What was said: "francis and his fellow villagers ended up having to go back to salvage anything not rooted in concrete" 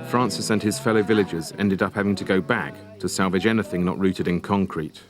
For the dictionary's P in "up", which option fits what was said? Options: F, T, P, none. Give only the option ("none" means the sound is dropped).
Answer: P